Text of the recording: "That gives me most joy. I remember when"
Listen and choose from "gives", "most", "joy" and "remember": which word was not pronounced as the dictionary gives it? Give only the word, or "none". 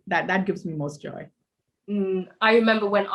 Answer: none